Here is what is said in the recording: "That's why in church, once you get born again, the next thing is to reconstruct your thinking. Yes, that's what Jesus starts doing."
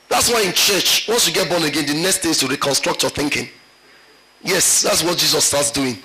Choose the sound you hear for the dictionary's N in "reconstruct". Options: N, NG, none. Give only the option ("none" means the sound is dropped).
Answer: N